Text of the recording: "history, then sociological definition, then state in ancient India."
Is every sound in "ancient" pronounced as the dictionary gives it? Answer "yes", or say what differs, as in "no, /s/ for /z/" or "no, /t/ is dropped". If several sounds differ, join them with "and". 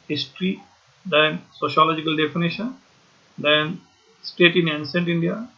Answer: no, /s/ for /ʃ/